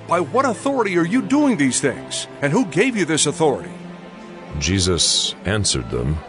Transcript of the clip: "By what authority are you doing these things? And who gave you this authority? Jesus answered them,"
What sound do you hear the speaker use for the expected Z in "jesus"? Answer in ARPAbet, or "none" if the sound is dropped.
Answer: Z